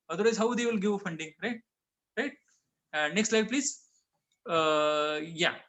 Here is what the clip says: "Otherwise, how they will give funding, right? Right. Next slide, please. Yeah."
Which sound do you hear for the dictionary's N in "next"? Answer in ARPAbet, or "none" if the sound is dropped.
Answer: N